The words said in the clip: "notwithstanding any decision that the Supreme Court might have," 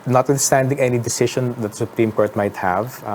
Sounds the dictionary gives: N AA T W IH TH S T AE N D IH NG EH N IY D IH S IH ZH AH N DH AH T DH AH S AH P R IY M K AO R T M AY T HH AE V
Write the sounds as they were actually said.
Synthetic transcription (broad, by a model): N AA T W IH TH S T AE N D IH NG EH N IY D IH S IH SH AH N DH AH T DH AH S AH P R IY M K AO R T M AY T HH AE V